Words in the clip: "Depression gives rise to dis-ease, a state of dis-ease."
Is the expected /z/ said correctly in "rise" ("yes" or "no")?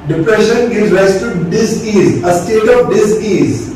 no